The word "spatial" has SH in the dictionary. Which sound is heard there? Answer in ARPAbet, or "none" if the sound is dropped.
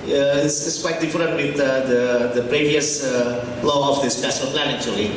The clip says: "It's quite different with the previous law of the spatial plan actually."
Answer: S